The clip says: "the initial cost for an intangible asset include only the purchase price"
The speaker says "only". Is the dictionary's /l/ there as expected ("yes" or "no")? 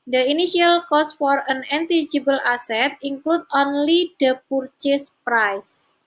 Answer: yes